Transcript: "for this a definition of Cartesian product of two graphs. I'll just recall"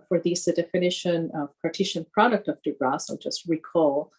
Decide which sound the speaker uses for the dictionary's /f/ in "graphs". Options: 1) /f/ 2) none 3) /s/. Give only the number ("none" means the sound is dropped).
2